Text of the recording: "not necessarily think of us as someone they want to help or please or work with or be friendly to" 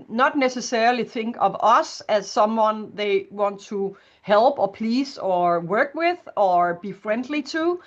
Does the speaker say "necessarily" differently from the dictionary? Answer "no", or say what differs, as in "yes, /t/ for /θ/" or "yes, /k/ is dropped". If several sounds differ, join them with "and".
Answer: yes, /ɹ/ is dropped